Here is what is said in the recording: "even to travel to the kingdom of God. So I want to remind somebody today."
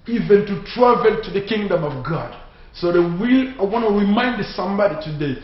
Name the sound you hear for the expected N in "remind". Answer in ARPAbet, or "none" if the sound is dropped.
N